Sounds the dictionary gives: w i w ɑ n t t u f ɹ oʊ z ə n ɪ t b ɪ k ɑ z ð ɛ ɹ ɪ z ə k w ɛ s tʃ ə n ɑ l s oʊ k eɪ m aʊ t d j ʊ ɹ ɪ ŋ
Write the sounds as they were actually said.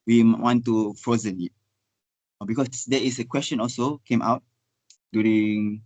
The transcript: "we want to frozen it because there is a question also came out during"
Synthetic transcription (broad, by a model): w i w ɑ n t t u f ɹ oʊ z ə n ɪ t b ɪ k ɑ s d ɛ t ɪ s ə k w ɛ s tʃ ə n ɑ l s oʊ k eɪ m aʊ t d j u ɹ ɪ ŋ